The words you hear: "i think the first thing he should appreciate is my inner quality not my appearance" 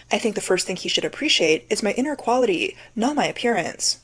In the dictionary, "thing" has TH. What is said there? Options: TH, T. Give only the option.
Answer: TH